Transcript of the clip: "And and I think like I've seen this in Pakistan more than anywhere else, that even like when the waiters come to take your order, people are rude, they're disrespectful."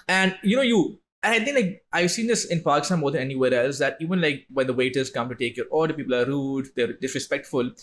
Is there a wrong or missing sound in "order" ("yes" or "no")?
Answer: yes